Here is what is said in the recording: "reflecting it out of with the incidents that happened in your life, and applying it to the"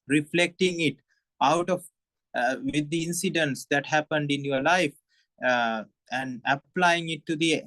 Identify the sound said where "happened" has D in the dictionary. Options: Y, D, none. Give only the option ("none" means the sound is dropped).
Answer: D